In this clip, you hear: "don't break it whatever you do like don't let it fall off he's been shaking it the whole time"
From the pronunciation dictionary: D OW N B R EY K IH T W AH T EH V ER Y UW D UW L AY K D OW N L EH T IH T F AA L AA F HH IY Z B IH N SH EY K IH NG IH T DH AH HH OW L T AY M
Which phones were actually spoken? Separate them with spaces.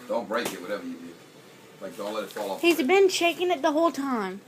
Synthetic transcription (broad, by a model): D OW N B R EY K IH T W AH T EH V ER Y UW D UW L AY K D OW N L EH T IH T F AA L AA HH IY Z B IH N SH EY K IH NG IH T DH AH HH OW L T AY M